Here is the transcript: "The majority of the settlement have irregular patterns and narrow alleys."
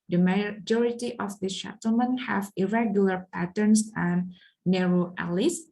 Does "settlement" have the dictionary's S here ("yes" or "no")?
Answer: no